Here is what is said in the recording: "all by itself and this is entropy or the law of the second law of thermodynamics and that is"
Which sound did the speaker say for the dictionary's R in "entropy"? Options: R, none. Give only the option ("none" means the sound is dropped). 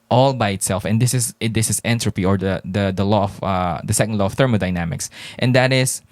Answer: R